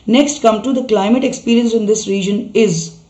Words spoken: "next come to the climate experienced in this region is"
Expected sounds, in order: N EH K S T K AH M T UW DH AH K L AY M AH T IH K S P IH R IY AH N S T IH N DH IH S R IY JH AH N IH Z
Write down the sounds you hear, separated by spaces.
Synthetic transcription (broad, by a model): N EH K S T K AH M T UW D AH K L AY M AH T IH K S P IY R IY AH N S IH N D IH S R IY JH AH N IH Z